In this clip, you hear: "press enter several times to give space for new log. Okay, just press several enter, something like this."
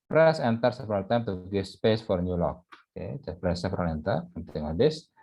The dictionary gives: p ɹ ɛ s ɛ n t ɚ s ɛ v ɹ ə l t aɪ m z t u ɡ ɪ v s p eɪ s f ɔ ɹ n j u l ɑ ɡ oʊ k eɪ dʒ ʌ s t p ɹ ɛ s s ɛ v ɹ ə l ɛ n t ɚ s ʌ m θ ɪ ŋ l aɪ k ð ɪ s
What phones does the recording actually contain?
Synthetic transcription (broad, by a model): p ɹ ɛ s ɛ n t ɚ s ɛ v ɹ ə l t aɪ m t u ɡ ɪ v s p eɪ s f ɔ ɹ n j u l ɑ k oʊ k eɪ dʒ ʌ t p ɹ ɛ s s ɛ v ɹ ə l ɛ n t ɚ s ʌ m t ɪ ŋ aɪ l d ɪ s